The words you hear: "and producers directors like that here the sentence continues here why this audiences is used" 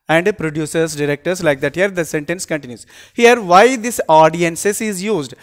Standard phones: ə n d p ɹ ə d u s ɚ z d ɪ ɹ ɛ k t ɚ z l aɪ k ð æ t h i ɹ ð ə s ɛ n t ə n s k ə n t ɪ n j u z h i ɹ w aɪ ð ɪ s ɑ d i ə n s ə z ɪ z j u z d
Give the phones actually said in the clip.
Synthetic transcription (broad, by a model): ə n d p ɹ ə d u s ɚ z d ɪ ɹ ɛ k t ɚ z l aɪ k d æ t h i ɹ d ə s ɛ n t ə n s k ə n t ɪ n j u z h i ɹ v aɪ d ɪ s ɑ d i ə n s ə s ɪ z j u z d